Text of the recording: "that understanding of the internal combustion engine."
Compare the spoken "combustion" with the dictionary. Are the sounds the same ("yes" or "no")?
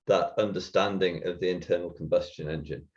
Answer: yes